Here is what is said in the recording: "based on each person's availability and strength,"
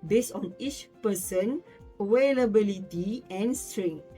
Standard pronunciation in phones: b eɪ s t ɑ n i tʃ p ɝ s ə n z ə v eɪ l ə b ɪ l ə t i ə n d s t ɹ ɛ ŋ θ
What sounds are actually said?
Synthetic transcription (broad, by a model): b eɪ s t ɑ n i tʃ p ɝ s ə n ə w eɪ l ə b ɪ l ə t i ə n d s t ɹ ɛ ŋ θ